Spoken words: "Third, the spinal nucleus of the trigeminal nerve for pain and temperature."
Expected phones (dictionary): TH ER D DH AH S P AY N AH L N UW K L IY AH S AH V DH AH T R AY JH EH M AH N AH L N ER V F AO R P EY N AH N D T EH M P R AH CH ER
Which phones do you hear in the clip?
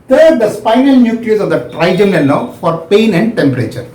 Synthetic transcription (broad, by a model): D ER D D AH S P AY N AH L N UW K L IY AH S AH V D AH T R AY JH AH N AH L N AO F AO R P EY N AH N D T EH M P R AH CH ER